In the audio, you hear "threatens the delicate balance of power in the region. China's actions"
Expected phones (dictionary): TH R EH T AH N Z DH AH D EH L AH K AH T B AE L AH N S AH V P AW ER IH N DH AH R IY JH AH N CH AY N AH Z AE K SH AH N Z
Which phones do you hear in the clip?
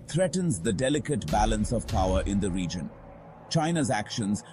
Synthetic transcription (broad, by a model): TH R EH T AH N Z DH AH D EH L AH K AH T B AE L AH N S AH V P AW ER IH N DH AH R IY JH AH N CH AY N AH Z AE K SH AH N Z